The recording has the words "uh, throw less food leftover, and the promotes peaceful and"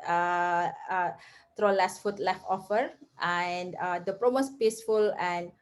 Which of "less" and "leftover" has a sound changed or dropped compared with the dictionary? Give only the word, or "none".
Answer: leftover